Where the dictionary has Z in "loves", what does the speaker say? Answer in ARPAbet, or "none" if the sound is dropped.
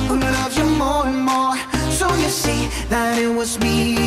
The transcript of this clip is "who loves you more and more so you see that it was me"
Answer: none